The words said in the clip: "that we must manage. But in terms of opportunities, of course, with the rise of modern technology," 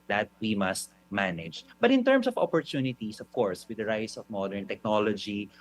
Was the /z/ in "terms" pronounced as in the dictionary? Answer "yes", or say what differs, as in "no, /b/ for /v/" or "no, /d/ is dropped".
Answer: no, /s/ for /z/